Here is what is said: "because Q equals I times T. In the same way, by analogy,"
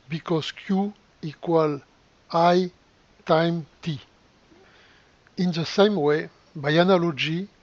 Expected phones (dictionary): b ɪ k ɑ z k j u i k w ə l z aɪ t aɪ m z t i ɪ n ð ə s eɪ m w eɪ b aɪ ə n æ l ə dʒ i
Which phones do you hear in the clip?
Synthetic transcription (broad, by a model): b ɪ k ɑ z k j u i k w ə l aɪ t aɪ m t i ɪ n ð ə s eɪ m w eɪ b aɪ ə n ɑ l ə dʒ i